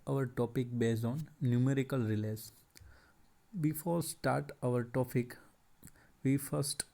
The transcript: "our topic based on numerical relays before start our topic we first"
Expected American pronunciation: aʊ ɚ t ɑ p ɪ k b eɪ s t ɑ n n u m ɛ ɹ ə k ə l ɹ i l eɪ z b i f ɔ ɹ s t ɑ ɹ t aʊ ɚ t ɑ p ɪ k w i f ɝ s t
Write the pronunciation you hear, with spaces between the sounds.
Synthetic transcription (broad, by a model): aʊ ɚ t ɑ p ɪ k b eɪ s ɑ n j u m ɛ ɹ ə k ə l ɹ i l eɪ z b i f ɔ ɹ s t ɑ ɹ t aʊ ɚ t ɑ p ɪ k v i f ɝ s t